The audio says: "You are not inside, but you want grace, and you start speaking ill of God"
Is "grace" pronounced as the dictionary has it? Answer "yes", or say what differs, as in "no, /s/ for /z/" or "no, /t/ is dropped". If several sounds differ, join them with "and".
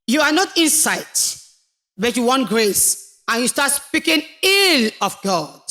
yes